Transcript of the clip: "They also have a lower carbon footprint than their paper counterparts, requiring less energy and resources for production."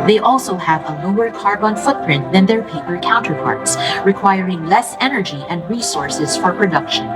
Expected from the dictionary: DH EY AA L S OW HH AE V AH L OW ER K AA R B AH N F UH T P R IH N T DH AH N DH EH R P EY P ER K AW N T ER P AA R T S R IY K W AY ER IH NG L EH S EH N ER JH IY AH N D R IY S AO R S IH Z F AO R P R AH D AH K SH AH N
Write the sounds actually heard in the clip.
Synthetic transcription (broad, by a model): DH EY AA L S OW HH AE V AH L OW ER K AA R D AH N F UH T P R IH N T DH AH N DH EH R P EY P ER K AW N T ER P AA R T S R IY K W AY ER IH NG L EH S EH N ER JH IY AH N D R IY S AO R S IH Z F AO R P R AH D AH K SH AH N